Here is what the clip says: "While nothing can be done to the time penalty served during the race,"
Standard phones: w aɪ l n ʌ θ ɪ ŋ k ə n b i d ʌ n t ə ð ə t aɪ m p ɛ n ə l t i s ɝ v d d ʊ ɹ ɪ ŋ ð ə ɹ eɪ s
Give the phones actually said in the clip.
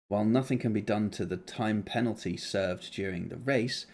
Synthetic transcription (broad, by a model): w aɪ l n ʌ θ ɪ ŋ k ə n b i d ʌ n t ə ð ə t aɪ m p ɛ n l t i s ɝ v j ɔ ɹ ɪ ŋ ð ə ɹ eɪ s